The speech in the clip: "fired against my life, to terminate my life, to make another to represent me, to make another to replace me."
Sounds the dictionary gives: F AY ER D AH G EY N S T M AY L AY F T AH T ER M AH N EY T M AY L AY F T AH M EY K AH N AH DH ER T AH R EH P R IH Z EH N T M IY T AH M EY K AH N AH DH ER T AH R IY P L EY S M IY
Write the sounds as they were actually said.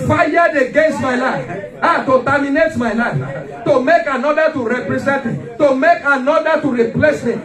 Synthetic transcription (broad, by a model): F AY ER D AH G EY N S T M AY L AY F T AH T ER M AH N EY T M AY L AY F T AH M EY K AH N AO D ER T AH R EH P R IH Z EH N T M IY T AH M EY K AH N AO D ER T AH R IY P L EY S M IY